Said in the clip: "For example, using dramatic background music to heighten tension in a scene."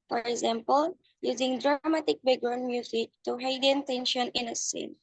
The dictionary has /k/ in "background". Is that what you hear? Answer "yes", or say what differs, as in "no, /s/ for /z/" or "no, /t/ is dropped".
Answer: no, /k/ is dropped